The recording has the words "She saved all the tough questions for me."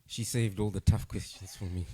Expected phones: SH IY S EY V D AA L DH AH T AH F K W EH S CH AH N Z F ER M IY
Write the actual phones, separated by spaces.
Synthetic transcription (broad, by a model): SH IY S EY V D AA L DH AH T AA F K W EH S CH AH N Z F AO M IY